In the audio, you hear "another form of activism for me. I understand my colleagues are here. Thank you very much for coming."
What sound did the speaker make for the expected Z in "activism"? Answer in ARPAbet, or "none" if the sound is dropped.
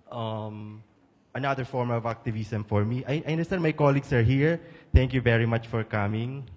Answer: S